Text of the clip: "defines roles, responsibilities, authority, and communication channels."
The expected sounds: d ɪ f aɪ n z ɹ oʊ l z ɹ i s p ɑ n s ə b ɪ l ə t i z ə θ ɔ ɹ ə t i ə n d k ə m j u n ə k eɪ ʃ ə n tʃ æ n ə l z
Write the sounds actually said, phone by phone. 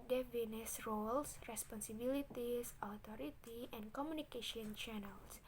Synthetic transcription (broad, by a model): d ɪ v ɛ n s ɹ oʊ l s ɹ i s p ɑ n s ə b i l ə t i s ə t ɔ ɹ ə t i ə n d k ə m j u n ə k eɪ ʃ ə n tʃ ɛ n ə l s